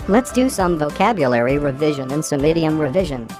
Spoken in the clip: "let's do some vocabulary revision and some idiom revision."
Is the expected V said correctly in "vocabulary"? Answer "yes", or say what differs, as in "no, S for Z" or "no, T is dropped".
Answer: yes